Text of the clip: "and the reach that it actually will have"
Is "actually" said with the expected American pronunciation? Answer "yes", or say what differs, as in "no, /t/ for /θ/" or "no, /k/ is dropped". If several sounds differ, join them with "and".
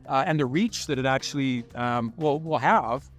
no, /w/ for /l/